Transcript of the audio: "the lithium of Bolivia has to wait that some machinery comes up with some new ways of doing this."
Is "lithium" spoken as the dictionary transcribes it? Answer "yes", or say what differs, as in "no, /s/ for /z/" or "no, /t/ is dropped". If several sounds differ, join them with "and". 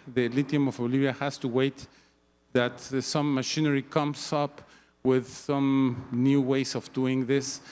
no, /t/ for /θ/